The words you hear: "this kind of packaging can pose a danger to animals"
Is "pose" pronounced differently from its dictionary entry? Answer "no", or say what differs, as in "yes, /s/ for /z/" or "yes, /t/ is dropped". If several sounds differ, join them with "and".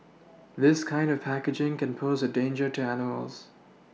no